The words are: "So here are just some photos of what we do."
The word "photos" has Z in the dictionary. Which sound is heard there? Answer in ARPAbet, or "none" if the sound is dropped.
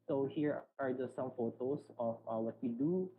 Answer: S